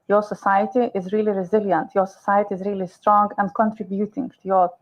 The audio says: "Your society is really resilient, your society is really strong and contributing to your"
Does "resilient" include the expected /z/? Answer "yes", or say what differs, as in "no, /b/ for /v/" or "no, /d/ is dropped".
yes